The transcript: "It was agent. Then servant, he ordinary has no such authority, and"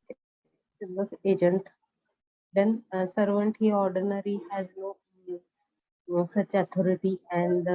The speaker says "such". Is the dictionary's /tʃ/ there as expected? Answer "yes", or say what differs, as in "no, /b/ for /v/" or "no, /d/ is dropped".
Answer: yes